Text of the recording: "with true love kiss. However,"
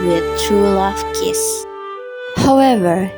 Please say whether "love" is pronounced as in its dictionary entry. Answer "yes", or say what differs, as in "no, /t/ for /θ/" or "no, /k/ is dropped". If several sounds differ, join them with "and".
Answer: no, /f/ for /v/